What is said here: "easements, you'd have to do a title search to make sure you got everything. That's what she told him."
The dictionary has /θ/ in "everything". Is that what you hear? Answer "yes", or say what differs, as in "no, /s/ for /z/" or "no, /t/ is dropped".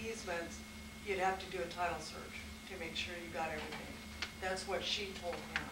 yes